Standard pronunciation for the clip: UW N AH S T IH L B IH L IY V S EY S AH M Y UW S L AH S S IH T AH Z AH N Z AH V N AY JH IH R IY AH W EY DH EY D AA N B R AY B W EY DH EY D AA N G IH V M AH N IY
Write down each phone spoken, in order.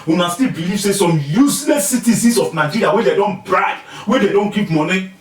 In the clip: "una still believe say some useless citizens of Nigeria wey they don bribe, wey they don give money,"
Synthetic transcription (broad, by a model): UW N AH S T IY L B IH L IY V S EY S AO M Y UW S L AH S S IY T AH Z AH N S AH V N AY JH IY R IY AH W EY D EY D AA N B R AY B W EY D EY D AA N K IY P M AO N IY